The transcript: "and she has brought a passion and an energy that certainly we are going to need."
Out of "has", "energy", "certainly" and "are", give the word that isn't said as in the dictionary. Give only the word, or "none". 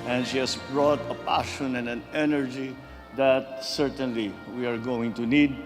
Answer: has